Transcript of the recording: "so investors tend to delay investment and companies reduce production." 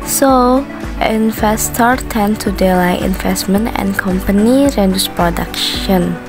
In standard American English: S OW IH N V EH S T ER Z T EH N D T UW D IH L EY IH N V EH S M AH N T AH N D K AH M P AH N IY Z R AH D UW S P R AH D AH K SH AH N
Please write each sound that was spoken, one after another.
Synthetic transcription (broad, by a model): S OW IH N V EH S T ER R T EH N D T UW D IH L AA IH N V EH S M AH N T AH N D K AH M P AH N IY R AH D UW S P R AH D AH K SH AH N